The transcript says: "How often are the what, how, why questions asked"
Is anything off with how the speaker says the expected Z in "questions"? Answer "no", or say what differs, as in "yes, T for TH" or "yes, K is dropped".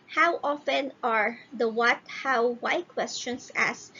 yes, S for Z